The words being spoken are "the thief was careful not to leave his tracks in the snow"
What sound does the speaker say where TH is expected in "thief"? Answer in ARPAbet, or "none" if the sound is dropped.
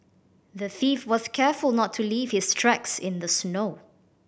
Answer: TH